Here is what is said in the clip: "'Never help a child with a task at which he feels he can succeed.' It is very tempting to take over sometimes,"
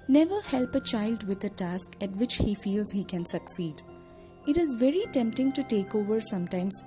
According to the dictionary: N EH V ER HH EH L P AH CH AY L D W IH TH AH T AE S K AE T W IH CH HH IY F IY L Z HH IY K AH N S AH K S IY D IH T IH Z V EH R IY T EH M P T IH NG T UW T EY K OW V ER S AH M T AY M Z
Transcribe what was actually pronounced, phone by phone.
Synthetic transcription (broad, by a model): N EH V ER HH EH L P AH CH AY L D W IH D AH T AE S K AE T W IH CH HH IY F IY L Z HH IY K AH N S AH K S IY D IH T IH Z V EH R IY T EH M P T IH NG T UW T EY K OW V ER S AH M T AY M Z